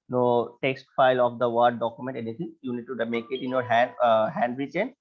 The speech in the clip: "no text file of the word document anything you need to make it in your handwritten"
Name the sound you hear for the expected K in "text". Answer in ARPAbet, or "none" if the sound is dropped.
K